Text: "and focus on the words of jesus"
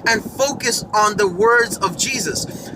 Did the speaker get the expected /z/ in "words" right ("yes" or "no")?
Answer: yes